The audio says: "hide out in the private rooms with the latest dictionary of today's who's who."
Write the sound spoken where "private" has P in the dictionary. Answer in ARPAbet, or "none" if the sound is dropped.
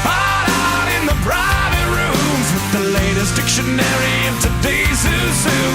B